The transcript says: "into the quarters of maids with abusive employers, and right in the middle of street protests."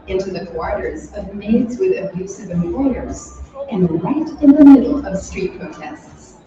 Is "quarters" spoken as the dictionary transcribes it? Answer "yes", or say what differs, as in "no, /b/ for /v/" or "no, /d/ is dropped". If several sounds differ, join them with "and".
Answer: yes